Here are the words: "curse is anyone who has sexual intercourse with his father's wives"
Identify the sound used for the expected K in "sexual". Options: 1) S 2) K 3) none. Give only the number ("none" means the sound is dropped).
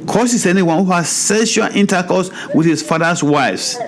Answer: 3